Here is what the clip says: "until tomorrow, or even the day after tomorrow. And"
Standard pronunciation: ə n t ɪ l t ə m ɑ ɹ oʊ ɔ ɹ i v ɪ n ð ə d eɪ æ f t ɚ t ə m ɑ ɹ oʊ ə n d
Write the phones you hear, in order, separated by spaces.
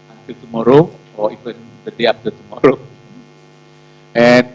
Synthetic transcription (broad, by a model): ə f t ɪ t ə m ɑ ɹ oʊ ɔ w i v ɪ n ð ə d eɪ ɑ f t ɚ t ə m ɑ ɹ oʊ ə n